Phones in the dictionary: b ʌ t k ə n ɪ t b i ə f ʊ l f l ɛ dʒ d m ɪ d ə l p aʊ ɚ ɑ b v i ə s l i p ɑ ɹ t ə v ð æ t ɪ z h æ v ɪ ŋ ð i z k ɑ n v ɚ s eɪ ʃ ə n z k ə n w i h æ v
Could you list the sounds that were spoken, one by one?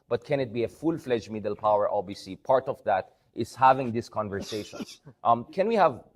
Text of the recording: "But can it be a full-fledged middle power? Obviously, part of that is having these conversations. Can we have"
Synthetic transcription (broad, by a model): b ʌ t k ə n ɪ t b i ə f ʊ l f l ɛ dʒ m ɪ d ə l p aʊ ɚ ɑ b i s i p ɑ ɹ t ə v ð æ t ɪ z h æ v ɪ ŋ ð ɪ s k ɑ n v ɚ s eɪ ʃ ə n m k ə n w i h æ v